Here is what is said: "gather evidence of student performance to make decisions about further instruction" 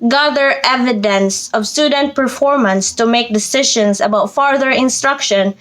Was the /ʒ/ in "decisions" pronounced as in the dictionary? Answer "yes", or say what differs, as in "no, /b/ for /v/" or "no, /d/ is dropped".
no, /ʃ/ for /ʒ/